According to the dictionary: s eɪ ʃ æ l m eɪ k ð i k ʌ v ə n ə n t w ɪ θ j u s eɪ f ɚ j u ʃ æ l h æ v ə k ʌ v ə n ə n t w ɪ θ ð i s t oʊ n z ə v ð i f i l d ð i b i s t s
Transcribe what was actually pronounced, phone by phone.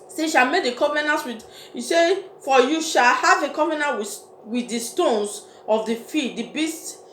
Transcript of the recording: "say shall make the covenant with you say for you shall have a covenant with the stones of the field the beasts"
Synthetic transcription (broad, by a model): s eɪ ʃ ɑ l m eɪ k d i k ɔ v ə n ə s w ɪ j u s eɪ f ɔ j u ʃ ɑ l h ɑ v ə k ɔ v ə n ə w w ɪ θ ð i s t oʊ n s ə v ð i f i d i b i s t